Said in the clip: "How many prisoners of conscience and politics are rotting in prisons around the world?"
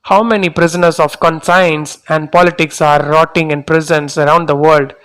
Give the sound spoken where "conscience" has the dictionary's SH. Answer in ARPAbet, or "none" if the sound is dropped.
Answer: S